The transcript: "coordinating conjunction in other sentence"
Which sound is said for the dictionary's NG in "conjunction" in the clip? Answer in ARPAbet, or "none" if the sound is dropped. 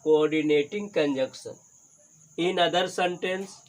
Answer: none